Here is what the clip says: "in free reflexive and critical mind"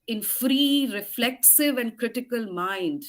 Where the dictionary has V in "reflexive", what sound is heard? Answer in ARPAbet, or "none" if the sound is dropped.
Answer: V